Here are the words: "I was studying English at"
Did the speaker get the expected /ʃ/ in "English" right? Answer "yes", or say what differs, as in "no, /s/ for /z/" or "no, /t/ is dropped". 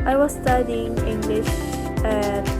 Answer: yes